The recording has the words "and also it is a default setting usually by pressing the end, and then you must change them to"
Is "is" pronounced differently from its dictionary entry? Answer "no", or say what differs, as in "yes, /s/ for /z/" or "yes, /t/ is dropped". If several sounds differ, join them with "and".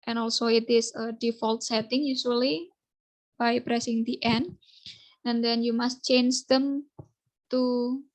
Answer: yes, /s/ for /z/